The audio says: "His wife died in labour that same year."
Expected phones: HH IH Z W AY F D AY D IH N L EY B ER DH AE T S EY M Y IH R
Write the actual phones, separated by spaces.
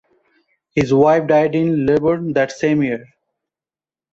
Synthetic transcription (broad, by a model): HH IH Z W AY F D AY D IH N L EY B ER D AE T S EY M Y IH R